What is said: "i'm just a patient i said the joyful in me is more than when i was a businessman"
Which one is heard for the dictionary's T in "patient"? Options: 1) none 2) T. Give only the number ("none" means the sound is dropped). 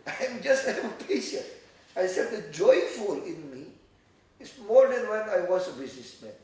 1